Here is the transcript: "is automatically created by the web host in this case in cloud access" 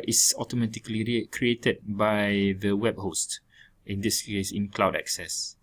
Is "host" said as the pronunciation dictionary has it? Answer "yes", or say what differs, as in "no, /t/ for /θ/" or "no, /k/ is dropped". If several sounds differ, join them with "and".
yes